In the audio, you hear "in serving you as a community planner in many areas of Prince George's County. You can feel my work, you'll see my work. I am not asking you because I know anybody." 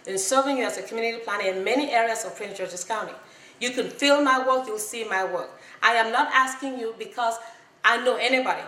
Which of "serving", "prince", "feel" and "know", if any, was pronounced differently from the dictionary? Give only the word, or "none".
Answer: prince